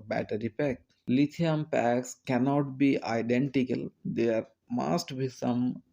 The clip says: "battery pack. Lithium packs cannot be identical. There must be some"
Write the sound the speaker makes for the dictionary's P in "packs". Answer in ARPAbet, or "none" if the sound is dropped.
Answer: P